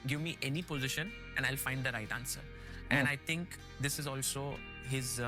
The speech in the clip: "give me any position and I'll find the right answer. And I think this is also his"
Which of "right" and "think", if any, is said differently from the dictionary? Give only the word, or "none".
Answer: think